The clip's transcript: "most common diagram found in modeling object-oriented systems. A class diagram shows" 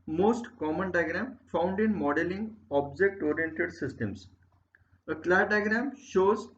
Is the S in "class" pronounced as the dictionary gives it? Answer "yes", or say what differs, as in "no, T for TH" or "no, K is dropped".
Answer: no, S is dropped